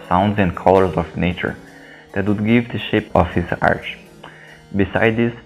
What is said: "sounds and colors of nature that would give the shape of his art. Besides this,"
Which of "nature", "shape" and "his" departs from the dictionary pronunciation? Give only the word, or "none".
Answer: none